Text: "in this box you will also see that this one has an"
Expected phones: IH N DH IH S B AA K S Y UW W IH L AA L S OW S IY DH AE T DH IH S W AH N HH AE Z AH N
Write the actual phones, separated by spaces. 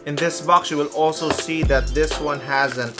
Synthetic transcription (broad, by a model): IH N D IH S B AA K S Y UW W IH L AA L S OW S IY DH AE T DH IH S W AH N HH AE Z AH N